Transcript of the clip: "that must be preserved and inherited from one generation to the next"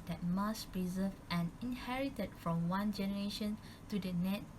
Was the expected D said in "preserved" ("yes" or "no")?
no